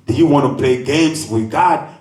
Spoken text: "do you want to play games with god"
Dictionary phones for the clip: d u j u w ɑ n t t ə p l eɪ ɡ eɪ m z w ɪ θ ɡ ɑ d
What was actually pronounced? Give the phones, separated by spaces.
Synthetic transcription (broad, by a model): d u j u w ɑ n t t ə p eɪ ɡ eɪ m z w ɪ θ ɡ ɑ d